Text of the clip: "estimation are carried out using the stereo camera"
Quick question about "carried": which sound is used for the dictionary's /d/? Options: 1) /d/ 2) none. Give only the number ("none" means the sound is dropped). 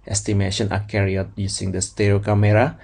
2